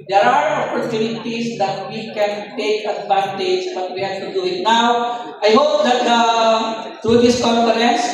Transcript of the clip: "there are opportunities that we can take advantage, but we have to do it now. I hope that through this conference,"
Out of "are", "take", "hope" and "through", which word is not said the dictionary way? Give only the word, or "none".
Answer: through